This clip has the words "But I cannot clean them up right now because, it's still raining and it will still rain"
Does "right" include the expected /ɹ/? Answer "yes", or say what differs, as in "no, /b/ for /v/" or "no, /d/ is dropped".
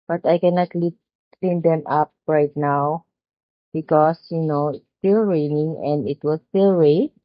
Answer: yes